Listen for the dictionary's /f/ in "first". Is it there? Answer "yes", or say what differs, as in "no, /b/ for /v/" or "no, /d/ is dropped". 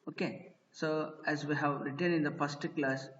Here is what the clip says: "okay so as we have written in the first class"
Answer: no, /p/ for /f/